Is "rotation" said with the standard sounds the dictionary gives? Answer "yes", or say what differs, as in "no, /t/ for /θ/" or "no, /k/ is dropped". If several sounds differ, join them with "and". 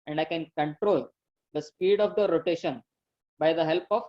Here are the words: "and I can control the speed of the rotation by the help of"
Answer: yes